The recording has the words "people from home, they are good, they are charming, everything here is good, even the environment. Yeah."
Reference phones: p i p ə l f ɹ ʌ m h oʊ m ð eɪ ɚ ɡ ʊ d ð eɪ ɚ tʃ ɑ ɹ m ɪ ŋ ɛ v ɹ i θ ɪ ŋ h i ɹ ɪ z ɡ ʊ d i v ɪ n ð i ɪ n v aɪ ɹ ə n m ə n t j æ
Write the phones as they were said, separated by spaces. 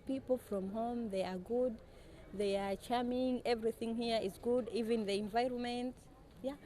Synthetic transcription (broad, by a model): p i p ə l f ɹ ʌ m h oʊ m ð eɪ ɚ ɡ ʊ d ð eɪ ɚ tʃ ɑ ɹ m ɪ ŋ ɛ v ɹ i θ ɪ ŋ h i ɹ ɪ z ɡ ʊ d i v ɪ n ð i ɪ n v aɪ ɹ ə n m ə n t j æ